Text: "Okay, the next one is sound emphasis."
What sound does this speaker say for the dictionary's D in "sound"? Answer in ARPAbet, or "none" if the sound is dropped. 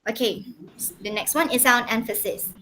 none